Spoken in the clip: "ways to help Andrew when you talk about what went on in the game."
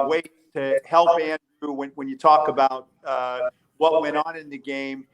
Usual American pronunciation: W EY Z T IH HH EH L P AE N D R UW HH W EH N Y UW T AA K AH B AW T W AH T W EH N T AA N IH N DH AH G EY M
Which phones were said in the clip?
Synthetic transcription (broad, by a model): W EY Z T IH HH EH L P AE N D W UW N W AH N Y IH T AA K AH B AW T W AH T W EH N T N IH N DH AH G EY M